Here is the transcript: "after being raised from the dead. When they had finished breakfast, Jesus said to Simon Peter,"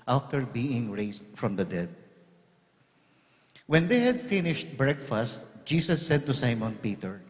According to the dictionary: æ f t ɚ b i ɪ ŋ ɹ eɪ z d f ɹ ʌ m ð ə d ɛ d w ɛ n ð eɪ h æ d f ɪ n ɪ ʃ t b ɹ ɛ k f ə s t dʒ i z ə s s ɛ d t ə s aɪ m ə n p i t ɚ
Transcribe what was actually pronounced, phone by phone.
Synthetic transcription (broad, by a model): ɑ f t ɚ b i ɪ ŋ ɹ eɪ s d f ɹ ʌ m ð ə d ɛ d w ɛ n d eɪ h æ d f ɪ n ɪ ʃ t b ɹ ɛ k f ə s t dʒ i s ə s s ɛ d t ə s aɪ m ə n p i t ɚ